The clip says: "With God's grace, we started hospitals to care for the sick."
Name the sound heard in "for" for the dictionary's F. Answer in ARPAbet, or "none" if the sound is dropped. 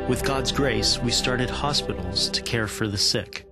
F